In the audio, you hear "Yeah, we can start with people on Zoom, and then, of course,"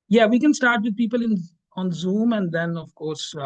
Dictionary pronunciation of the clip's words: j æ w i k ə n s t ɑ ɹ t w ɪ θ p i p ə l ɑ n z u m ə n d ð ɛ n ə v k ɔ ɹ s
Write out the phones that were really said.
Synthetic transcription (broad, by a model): j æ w i k ə n s t ɑ ɹ t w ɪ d p i p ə l ɑ n z u m ə n d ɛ n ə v k ɔ ɹ s